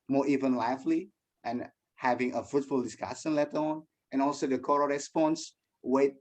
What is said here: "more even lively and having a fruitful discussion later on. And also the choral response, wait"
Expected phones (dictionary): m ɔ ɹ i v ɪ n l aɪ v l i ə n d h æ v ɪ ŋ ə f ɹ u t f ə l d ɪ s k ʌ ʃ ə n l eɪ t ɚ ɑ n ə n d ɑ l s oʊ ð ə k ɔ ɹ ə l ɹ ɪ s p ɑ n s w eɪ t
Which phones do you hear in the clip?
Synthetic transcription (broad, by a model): m ɔ ɹ i v ɪ n l aɪ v l i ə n h æ v ɪ ŋ ə f ɹ u t f ə l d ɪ s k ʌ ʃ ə n l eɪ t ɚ ɑ n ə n ɑ l s oʊ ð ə k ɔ ɹ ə ɹ ɪ s p ɑ n s w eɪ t